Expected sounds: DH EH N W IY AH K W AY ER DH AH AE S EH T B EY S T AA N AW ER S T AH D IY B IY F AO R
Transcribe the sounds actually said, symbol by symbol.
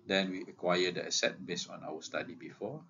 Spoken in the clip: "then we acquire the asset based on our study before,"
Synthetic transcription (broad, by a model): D EH N W IY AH K W AY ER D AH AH S EH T B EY S AA N AW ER S T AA D IY B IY F AO